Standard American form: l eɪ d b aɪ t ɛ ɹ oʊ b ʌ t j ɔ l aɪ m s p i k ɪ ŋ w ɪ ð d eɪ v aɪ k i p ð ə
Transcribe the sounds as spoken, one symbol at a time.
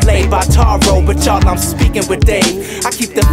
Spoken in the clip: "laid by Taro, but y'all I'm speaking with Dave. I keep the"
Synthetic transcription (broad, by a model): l eɪ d b aɪ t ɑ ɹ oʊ b ʌ t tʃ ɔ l aɪ m s p i k ɪ ŋ w ɪ ð d eɪ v aɪ k i p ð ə